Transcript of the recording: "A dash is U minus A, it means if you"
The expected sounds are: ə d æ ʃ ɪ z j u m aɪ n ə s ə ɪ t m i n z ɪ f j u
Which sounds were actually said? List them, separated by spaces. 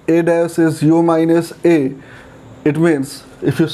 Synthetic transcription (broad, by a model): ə d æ s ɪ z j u m aɪ n ə s ə ɪ t m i n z ɪ f j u